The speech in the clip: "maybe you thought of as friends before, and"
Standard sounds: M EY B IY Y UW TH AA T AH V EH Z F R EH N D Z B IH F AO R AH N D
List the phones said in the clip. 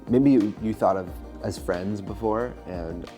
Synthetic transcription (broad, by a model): M EY B IY Y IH TH AA T AH V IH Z F R EH N D Z B IH F AO R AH N